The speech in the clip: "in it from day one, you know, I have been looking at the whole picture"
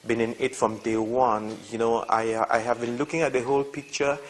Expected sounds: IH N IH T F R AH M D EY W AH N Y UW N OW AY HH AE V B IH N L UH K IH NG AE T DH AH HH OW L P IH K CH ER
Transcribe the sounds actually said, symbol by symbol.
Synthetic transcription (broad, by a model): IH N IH T F R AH M D EY W AH N Y UW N OW AY HH AE V B IH N L UH K IH NG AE T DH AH HH OW L P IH K CH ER